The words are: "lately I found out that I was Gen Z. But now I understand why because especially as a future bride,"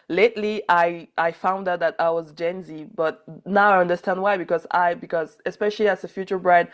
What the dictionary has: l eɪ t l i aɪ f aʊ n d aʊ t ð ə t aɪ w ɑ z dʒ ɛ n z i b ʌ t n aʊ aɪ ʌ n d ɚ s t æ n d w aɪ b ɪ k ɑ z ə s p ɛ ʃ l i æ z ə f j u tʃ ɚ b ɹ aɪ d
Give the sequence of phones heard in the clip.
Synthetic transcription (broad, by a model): l eɪ t l i aɪ f aʊ n d aʊ t ð ə t aɪ w ɑ z dʒ ɛ n z i b ʌ t n aʊ aɪ ʌ n d ɚ s t æ n d w aɪ b ɪ k ɑ z ə s p ɛ ʃ l i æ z ə f j u tʃ ɚ b ɹ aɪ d